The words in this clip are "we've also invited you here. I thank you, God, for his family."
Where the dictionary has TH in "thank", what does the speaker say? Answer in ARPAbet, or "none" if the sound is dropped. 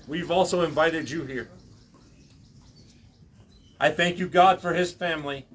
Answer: TH